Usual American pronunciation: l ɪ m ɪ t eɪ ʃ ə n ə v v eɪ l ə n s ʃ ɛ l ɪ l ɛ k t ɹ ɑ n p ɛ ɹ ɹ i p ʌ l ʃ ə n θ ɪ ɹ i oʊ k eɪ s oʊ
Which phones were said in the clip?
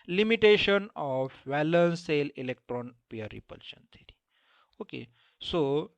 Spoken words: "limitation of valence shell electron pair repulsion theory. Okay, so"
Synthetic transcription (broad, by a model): l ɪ m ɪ t eɪ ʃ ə n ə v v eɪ l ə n s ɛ l ɪ l ɛ k t ɹ ɑ n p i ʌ ɹ i p ʌ l ʃ ə n t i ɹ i oʊ k eɪ s oʊ